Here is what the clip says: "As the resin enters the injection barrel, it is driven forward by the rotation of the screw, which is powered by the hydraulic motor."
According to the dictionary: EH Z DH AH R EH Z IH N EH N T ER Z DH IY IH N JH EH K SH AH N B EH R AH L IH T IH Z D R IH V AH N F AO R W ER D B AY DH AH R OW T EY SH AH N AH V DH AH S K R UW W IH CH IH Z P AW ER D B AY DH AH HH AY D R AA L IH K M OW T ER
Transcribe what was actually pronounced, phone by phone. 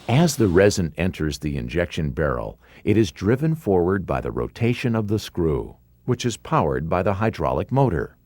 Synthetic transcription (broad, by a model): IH Z DH AH R EH Z IH N EH N T ER Z DH IY IH N JH EH K SH AH N B EH R L IH T IH Z D R IH V AH N F AO R W ER D B AY DH AH R OW T EY SH AH N AH V DH AH S K R UW W IH CH IH Z P AW ER D B AY DH AH HH AY D R AA L IH K M OW T ER